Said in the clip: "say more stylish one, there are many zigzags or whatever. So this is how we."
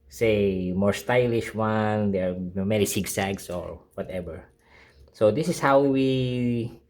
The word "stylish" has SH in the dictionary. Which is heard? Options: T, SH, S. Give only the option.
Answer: SH